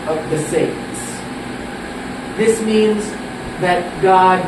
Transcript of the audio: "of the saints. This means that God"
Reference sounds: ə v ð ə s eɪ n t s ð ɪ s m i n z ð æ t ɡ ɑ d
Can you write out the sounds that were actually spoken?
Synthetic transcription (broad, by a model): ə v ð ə s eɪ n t s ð ɪ s m i n z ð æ t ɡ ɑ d